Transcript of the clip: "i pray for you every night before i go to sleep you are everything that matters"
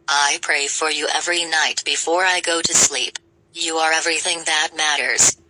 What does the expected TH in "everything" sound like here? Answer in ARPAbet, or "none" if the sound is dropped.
TH